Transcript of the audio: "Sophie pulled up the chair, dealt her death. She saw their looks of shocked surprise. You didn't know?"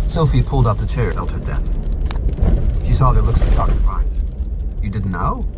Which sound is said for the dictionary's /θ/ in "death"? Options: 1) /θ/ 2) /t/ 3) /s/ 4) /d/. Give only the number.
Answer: 1